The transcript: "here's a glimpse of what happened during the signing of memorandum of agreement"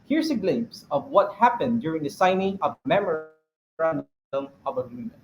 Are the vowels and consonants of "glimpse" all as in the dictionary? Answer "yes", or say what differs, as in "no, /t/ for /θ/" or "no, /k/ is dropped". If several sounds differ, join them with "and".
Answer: no, /p/ is dropped